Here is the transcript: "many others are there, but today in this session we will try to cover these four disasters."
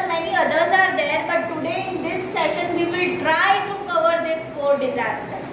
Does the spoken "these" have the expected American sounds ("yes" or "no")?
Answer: no